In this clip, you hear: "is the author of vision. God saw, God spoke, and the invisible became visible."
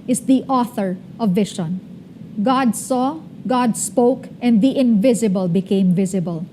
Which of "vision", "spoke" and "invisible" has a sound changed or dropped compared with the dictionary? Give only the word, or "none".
vision